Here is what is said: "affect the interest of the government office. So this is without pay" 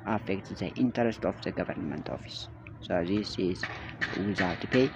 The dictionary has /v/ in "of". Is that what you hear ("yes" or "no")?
no